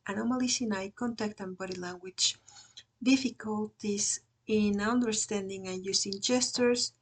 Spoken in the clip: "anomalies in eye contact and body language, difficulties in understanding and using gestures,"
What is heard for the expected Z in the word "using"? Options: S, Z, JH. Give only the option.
S